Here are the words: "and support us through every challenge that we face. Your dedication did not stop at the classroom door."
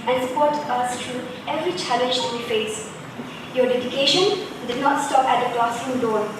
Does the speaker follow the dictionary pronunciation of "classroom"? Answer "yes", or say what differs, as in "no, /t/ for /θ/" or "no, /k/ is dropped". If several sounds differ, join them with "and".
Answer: no, /ɹ/ is dropped